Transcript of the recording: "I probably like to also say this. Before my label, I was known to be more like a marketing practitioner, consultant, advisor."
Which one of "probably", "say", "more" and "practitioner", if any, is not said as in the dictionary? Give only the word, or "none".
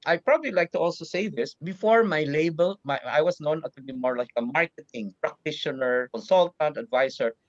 none